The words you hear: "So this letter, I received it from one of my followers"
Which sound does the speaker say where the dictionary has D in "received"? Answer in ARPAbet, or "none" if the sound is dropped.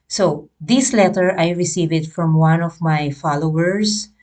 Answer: none